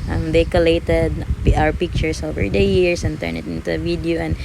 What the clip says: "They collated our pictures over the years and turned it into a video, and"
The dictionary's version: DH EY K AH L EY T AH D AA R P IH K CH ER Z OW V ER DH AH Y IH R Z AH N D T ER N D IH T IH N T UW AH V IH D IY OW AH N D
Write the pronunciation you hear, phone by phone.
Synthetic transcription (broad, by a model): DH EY K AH L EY T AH D AA R P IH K CH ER S OW V ER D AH Y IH R S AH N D T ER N IH T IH N T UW AH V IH D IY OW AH N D